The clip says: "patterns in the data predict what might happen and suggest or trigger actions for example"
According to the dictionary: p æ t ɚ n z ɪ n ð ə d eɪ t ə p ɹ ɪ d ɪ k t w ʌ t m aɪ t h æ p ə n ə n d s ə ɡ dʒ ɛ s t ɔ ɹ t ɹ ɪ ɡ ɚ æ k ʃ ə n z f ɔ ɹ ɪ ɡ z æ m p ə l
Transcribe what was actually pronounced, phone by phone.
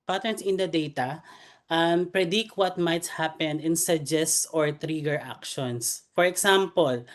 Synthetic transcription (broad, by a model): p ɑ t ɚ n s ɪ n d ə d eɪ t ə p ɹ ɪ d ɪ k w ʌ t m aɪ t h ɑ p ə n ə n s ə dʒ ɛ s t ɔ ɹ t ɹ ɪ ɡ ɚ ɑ k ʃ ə n s f ɔ ɹ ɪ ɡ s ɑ m p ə l